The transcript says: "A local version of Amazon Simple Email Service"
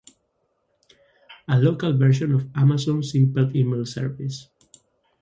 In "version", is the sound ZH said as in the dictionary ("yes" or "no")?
no